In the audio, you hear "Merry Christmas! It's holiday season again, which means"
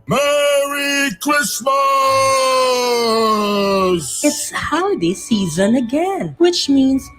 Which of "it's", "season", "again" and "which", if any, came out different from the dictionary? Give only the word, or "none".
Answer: none